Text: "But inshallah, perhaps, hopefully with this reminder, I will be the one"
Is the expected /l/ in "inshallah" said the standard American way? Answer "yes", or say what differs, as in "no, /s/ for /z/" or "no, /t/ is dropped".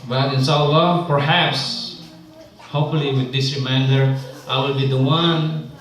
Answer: yes